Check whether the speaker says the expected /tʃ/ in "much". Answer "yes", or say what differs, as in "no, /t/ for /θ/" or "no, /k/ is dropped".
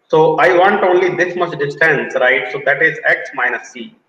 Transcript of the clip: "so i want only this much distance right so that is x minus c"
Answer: no, /s/ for /tʃ/